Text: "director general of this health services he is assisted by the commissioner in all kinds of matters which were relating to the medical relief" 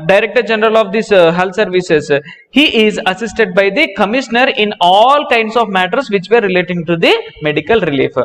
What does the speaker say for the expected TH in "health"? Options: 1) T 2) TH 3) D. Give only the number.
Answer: 1